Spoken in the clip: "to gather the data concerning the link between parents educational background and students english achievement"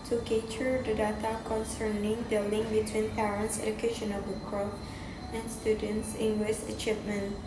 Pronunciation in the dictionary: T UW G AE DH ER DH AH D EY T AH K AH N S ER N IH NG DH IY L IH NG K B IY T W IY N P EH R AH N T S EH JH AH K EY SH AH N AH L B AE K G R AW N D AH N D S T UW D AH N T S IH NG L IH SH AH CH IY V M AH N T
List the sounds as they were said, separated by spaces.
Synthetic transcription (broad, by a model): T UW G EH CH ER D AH D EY T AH K AH N S ER N IH NG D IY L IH NG B IY T W IY N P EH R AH N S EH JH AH K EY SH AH N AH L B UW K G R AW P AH N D S T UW D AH N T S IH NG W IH S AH CH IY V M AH N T